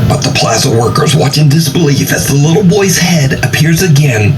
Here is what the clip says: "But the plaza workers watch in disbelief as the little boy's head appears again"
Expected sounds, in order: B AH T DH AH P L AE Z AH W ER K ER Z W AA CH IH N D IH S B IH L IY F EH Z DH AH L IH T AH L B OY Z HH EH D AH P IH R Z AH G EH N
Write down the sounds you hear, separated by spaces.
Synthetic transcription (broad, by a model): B AH T DH AH P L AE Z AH W ER K ER Z W AA CH IH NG D IH S B IH L IY F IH Z DH AH L IH T L B OY Z HH EH D AH P IH R Z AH G EH N